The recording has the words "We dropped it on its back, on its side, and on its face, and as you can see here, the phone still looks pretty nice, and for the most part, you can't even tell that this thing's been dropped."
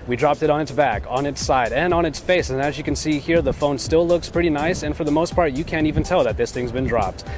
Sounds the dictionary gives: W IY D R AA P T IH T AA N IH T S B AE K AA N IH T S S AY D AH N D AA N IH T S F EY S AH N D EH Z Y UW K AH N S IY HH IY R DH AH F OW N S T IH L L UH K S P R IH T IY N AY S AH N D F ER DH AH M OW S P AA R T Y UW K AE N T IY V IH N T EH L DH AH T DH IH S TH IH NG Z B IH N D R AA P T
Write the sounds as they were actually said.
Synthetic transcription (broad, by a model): W IY D R AA P T IH T N IH T S B AE K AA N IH T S S AY D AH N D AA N IH T S F EY S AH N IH Z Y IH K AH N S IY HH IY R DH AH F OW N S T IH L L UH K S P R IH T IY N AY S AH N F ER DH AH M OW S P AA R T Y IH K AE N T IY V IH N T EH L DH AH T DH IH S TH IH NG Z B IH N D R AA P T